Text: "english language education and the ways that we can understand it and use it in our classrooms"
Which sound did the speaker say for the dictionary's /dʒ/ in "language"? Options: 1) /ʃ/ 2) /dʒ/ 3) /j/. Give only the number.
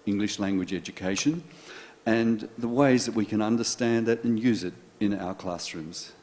2